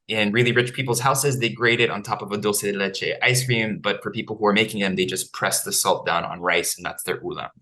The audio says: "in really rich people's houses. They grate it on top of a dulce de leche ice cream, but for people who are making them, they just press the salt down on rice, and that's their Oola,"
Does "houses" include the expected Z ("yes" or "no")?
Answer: yes